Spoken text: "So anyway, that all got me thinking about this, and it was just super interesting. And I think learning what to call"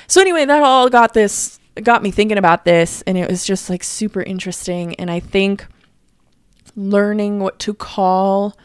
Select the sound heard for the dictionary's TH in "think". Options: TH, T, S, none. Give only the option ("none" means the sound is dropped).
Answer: TH